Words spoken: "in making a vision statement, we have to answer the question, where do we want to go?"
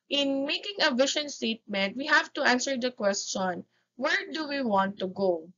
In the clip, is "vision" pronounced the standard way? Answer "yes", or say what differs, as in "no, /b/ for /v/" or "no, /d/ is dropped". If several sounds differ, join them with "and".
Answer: no, /ʃ/ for /ʒ/